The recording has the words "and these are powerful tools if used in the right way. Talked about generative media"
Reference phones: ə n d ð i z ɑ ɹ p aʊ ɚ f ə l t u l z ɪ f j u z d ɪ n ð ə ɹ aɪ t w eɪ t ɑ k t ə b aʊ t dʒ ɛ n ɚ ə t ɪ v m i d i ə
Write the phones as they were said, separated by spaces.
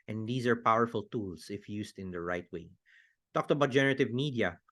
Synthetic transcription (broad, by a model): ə n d i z ɑ ɹ p aʊ ɚ f ə l t u l s ɪ f j u s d ɪ n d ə ɹ aɪ t w eɪ t ɑ k t ə b aʊ t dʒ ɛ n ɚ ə t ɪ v m i d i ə